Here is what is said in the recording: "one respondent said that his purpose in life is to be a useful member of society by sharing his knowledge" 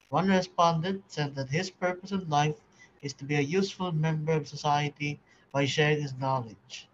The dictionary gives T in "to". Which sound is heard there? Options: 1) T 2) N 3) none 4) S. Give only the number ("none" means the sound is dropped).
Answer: 1